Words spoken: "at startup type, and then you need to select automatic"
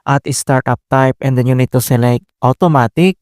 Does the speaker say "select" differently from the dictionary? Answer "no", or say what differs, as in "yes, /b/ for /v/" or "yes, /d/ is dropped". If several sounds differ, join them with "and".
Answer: no